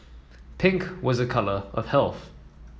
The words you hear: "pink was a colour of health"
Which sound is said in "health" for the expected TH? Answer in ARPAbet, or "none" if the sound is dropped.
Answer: TH